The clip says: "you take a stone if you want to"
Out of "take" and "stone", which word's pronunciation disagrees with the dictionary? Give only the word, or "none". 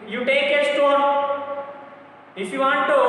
stone